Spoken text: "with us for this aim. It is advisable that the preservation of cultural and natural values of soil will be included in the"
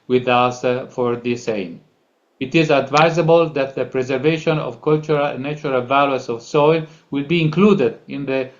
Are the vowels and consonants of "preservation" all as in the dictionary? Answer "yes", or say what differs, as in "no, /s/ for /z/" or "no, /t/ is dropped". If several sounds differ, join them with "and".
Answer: yes